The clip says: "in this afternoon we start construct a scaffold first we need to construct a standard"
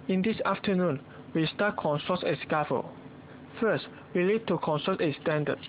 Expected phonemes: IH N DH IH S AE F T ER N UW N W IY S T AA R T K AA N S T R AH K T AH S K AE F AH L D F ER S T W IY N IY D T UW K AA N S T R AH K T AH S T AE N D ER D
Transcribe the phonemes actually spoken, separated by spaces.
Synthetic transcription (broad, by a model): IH N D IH S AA F T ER N UW N W IY S T AA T K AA N S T AH T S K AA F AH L F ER S T W IY L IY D T UW K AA N S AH T AH S T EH N D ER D